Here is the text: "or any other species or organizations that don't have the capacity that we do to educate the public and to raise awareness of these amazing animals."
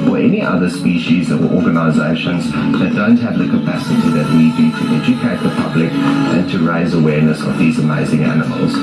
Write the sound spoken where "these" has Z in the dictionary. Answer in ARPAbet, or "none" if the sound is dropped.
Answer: Z